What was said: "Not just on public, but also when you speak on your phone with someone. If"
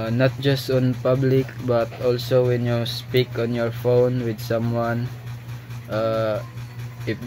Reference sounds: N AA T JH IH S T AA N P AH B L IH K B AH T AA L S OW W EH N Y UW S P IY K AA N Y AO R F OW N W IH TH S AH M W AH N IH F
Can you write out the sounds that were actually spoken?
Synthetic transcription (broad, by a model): N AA T JH IH S T AA N P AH B L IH K B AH T AA L S OW W EH N Y UW S P IY K AA N Y AO R F OW N W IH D S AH M W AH N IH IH